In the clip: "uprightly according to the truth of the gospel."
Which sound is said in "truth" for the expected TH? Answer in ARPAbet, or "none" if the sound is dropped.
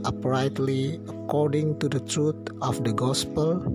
T